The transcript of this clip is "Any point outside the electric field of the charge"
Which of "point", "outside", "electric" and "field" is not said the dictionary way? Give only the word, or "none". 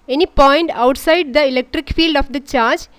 none